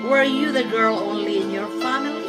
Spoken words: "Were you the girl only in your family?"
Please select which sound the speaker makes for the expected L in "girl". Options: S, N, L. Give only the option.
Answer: L